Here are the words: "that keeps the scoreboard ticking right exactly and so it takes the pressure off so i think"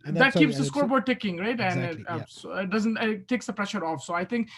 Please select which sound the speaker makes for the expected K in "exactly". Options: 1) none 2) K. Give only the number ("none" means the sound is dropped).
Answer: 1